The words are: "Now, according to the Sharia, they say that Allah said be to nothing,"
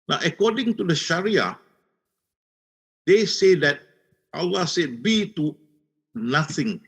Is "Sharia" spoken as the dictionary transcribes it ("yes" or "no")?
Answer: yes